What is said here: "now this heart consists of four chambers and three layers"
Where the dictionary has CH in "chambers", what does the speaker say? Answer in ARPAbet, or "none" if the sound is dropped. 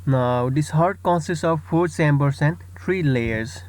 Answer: S